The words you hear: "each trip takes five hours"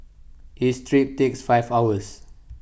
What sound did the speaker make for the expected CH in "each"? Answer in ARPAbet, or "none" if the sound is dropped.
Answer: S